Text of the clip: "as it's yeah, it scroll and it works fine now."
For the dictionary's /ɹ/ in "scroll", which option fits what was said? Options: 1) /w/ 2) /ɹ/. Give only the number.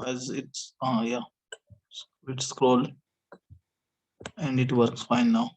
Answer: 2